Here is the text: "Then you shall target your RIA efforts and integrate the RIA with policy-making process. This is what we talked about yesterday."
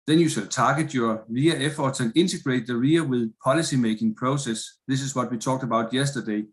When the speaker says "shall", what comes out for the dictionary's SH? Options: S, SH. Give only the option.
S